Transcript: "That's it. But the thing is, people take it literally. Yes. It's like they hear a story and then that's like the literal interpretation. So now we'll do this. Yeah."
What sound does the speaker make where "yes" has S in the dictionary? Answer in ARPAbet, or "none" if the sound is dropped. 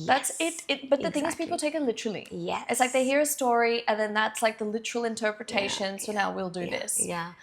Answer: none